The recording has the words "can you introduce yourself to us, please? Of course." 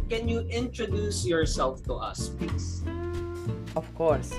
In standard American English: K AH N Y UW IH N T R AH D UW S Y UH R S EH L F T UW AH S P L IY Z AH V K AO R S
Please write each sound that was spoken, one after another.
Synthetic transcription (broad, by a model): K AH N Y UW IH N T R AH D UW S Y UH R S EH L F T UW AH S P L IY S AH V K AO R S